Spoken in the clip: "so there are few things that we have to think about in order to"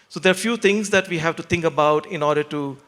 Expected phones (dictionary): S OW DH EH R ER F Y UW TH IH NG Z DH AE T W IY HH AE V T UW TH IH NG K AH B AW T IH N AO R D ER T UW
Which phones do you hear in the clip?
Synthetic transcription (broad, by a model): S OW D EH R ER F Y UW T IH NG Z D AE T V IY HH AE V T UW T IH NG K AH B AW T IH N AO R D ER T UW